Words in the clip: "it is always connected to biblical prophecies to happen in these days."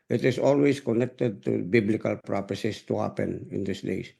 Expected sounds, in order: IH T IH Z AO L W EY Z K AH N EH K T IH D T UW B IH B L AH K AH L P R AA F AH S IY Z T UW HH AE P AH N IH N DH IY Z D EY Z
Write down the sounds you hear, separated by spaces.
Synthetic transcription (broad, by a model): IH T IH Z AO L W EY S K AH N EH K T IH D T UW B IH B L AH K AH L P R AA P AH S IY S T UW HH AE P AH N IH N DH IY S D EY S